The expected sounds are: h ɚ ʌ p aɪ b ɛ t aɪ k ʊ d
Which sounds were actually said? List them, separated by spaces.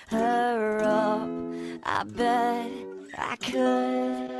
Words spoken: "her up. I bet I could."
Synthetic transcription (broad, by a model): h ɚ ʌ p aɪ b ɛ aɪ k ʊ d